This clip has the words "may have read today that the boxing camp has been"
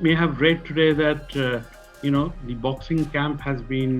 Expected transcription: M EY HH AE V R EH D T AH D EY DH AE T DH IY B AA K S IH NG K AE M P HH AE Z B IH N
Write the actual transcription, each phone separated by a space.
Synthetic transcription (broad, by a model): M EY HH AE V R EH D T AH D EY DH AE T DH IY B AA K S IH NG K AE M P HH AE Z B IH N